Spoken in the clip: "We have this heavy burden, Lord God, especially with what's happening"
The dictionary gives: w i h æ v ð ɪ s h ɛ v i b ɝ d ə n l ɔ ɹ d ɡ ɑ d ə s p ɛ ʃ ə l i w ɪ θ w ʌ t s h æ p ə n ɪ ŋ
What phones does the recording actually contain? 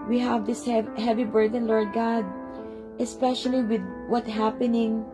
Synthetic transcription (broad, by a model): w i h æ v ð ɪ s h ɛ v i b ɝ d ə n l ɔ ɹ d ɡ ɑ d ə s p ɛ ʃ ə l i w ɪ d w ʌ t h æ p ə n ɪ ŋ